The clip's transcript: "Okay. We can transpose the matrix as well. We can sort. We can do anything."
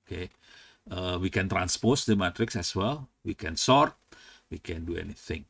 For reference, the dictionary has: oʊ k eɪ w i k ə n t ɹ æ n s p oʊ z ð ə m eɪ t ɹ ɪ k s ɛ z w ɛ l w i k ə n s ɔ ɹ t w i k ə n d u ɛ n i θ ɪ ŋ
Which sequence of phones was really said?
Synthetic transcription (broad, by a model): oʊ k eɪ w i k ə n t ɹ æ n s p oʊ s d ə m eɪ t ɹ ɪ k s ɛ s w ɛ l w i k ə n s ɔ ɹ t w i k ə n d u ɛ n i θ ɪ ŋ